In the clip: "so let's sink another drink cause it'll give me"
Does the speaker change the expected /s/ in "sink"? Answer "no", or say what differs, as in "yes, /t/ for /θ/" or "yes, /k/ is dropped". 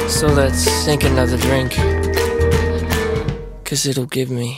yes, /θ/ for /s/